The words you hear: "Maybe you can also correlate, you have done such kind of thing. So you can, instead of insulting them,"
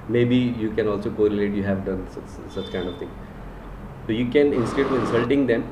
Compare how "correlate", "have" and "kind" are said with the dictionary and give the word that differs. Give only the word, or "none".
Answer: none